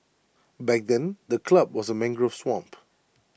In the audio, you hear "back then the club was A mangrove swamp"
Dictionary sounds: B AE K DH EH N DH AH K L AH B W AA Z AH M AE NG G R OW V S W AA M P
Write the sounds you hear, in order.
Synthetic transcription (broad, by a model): B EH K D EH N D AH K L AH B W AA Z AH M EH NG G R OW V S W AA M P